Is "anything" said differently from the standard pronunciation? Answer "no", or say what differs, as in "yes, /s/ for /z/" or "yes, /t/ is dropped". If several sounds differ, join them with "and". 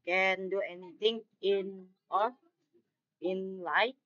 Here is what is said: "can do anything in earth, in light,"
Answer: yes, /t/ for /θ/